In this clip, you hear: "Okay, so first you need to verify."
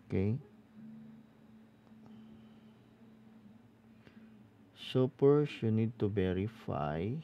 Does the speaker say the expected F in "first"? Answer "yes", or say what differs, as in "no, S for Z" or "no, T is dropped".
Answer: no, P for F